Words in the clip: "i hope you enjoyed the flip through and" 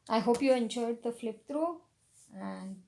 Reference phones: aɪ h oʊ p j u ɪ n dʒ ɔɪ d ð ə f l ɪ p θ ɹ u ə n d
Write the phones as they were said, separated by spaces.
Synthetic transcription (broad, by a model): aɪ h oʊ p j u ɪ n dʒ ɔɪ d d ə f l ɪ p t ɹ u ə n d